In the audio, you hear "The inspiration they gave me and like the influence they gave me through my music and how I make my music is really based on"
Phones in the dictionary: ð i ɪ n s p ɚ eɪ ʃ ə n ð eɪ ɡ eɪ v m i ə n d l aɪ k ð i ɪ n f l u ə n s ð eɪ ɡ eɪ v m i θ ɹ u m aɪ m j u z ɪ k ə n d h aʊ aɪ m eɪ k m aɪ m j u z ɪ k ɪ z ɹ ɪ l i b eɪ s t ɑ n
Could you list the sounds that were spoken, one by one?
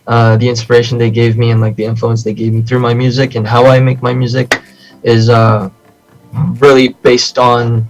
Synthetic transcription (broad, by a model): ð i ɪ n s p ɚ eɪ ʃ n ð eɪ ɡ eɪ v m i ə n l aɪ k ð i ɪ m f l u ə n s ð eɪ ɡ eɪ v m i θ ɹ u m aɪ m j u z ɪ k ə n h aʊ aɪ m eɪ k m aɪ m j u z ɪ k ɪ z ɹ ɪ l i b eɪ s t n